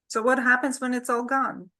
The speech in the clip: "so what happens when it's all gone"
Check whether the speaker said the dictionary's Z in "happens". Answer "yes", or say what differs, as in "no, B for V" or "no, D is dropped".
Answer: yes